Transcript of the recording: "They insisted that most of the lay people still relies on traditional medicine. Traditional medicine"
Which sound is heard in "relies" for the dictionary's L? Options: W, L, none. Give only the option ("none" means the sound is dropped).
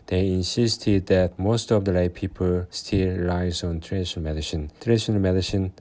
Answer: none